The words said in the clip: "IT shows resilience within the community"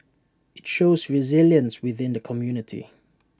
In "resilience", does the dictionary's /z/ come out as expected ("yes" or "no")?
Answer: yes